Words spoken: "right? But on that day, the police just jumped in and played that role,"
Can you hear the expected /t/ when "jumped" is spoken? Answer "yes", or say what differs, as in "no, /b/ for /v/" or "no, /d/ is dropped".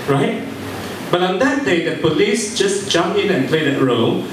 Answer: no, /t/ is dropped